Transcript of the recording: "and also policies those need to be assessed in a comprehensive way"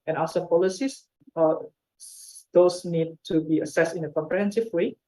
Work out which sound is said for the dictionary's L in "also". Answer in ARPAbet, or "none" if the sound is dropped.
none